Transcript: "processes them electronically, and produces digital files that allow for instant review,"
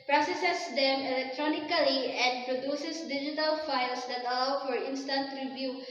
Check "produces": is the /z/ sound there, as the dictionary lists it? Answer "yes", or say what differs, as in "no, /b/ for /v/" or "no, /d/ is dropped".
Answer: no, /s/ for /z/